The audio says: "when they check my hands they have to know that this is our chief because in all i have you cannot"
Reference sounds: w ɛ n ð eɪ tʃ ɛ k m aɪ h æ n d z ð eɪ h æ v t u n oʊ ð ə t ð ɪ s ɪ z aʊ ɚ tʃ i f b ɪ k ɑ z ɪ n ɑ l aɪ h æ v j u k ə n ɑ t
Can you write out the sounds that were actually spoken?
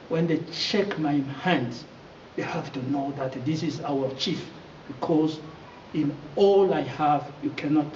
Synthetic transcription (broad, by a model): w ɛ n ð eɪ tʃ ɛ k m aɪ h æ n d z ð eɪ h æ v t u n oʊ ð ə t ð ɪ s ɪ z aʊ ɚ tʃ i f b ɪ k ɑ z ɪ n ɑ l aɪ h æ v j u k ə n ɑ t